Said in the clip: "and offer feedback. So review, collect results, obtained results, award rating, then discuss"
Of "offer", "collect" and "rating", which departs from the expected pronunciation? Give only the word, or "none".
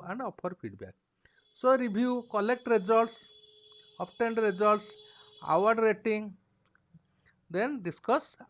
offer